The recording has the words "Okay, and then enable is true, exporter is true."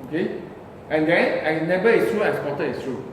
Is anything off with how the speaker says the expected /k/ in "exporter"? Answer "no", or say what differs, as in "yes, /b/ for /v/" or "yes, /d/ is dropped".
yes, /k/ is dropped